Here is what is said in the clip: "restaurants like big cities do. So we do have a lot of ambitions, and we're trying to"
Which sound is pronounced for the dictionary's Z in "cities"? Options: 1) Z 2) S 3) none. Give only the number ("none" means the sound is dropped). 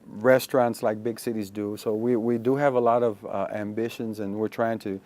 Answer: 1